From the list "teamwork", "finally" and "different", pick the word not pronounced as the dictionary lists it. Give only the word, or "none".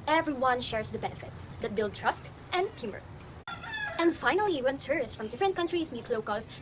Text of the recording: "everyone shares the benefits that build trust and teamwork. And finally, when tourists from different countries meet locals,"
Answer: teamwork